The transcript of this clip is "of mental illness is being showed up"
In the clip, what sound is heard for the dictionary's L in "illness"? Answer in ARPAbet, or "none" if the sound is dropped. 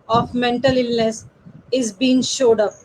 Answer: L